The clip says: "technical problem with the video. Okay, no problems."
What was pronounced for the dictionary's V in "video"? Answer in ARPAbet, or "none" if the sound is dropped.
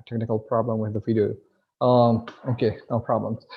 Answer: F